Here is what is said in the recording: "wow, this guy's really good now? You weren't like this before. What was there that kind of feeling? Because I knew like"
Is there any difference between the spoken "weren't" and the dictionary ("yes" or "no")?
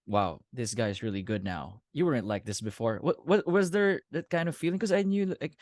no